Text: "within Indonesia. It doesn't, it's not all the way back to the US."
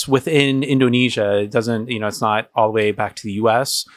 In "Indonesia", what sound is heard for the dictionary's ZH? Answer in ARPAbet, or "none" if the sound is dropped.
ZH